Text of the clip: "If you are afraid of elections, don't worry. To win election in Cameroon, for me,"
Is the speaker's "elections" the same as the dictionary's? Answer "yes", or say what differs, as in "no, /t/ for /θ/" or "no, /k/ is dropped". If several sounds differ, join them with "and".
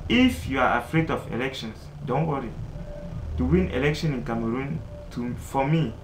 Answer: no, /s/ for /z/